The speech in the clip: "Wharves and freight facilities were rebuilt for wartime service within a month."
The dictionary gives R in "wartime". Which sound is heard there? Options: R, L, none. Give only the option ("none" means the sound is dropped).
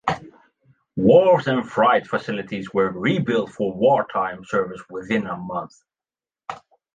R